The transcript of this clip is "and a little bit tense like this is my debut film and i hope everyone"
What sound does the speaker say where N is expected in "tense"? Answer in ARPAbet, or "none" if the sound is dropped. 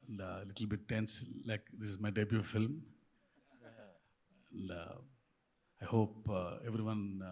N